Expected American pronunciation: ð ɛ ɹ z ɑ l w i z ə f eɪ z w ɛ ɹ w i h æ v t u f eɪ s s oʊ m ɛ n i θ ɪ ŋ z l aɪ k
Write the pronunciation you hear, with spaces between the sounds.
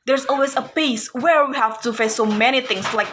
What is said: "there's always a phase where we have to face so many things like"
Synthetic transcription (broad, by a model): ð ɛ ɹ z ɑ l w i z ə p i s w ɛ ɹ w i h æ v t u f eɪ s s oʊ m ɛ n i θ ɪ ŋ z l aɪ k